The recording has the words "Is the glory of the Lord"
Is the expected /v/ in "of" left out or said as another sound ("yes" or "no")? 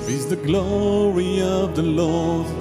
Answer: no